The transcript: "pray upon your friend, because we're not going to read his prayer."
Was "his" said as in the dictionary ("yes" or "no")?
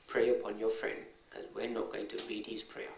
no